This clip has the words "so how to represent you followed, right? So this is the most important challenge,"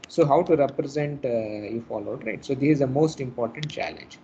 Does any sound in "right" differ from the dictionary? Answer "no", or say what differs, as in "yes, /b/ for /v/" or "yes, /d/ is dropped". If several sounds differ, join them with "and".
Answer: no